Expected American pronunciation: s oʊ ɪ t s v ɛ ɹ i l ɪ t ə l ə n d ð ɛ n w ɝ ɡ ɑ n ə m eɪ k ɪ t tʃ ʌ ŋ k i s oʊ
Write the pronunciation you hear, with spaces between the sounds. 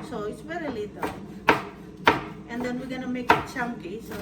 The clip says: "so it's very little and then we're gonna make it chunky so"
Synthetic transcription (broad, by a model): s oʊ ɪ t s v ɛ ɹ i l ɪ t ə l ə n d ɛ n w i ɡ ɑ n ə m eɪ k ɪ t s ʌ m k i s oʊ